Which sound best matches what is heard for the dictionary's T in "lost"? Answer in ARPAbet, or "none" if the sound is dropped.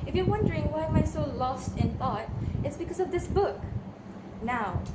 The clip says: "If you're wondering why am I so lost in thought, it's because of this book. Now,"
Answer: T